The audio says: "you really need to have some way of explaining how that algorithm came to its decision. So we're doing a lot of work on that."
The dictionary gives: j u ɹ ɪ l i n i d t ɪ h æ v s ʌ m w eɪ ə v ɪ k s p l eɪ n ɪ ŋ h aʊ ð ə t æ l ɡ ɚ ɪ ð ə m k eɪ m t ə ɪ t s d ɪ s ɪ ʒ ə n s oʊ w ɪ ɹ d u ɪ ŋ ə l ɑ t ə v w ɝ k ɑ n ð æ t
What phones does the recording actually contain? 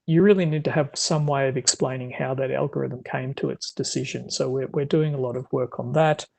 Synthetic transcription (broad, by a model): j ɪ ɹ ɪ l i n i d t ɪ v s ʌ m w eɪ ə v ɪ k s p l eɪ n ɪ ŋ h aʊ ð ə t æ l ɡ ɚ ɪ ð ə m k eɪ m t ə ɪ t s d ɪ s ɪ ʒ ə n s oʊ w ɪ ɹ d u ɪ ŋ ə l ɑ t ə v w ɝ k n ð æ t